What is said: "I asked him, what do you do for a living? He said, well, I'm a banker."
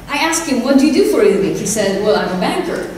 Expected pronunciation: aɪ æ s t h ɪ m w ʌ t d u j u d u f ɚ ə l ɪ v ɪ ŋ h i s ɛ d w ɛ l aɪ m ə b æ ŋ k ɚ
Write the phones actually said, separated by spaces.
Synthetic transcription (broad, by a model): aɪ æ s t h ɪ m w ʌ t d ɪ j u d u f ɚ ə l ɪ b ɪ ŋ h i s ɛ d w ɛ l aɪ m ə b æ ŋ k ɚ